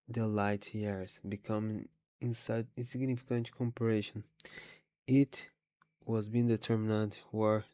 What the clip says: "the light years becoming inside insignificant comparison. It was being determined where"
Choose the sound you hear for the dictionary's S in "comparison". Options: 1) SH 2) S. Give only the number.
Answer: 1